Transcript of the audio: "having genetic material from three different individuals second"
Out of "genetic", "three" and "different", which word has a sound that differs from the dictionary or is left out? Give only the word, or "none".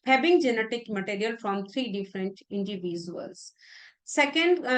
three